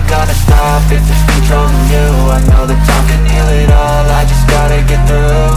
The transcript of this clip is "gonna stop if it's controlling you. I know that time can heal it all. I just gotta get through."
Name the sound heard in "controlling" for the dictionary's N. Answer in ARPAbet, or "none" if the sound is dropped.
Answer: none